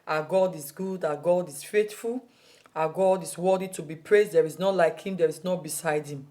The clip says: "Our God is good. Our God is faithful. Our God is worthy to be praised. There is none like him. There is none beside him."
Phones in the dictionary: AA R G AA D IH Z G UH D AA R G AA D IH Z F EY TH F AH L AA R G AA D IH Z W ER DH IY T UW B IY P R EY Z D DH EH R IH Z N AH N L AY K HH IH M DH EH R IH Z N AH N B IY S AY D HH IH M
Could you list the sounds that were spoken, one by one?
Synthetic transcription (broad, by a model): AA G AA D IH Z G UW D AA G AA D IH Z F EY T F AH L AA G AA D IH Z W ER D IY T UW B IY P R EY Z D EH R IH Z N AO L AY K HH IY M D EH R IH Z N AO B IY S AY D HH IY M